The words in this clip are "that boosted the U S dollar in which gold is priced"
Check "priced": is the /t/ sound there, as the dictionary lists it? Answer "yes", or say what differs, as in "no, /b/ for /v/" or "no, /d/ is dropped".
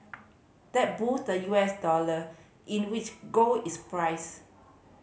no, /t/ is dropped